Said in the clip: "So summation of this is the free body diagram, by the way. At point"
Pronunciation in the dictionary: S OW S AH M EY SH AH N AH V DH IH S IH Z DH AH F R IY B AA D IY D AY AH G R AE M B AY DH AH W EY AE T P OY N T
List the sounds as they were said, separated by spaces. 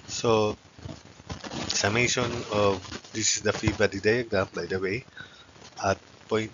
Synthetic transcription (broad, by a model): S OW S AH M EY SH AH N AH V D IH S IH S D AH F IY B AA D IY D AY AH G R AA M B AY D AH W EY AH T P OY N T